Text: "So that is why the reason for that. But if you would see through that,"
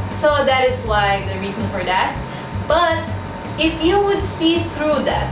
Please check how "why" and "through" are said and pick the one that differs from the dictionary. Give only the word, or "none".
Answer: none